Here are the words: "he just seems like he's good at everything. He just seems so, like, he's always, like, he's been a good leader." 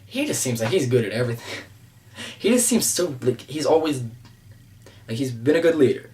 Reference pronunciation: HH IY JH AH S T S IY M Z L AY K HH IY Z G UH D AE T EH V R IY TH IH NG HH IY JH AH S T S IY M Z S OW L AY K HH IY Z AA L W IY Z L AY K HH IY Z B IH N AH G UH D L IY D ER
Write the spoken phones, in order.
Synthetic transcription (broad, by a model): HH IY JH AH S T S IY M Z L AY K HH IY Z G UH D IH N EH V R IY TH IH NG HH IY JH AH S T S IY M Z S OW L AY K HH IY Z AA L W IY Z L AY K HH IY Z B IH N AH G UH D L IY D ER